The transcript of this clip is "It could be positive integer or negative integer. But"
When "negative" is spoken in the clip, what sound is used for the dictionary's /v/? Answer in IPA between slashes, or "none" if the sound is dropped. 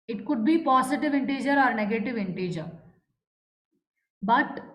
/v/